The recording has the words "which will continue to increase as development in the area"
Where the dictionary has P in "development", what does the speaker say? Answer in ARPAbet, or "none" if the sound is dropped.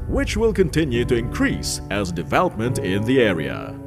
P